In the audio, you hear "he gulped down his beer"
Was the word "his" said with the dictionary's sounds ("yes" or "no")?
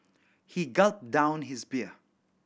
yes